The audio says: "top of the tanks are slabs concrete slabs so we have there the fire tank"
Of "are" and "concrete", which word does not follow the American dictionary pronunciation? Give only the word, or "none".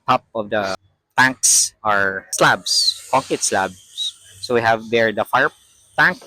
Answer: concrete